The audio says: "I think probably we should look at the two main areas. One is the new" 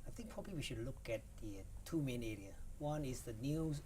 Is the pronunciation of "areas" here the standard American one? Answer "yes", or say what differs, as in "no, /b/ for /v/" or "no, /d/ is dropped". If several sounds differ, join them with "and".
no, /z/ is dropped